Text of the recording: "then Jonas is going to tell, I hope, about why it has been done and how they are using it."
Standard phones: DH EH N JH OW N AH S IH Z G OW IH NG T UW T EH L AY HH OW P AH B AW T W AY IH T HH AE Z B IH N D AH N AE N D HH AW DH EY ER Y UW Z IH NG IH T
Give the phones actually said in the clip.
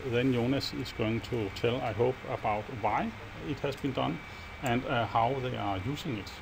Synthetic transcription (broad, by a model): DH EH N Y OW N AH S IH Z G OW IH NG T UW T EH L AY HH OW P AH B AW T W AY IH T HH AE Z B IH N D AH N AE N D HH AW DH EY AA Y UW S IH NG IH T